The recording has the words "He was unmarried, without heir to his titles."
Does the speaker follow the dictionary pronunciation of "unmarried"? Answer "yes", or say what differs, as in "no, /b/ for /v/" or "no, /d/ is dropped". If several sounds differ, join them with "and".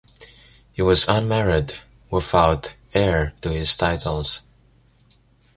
yes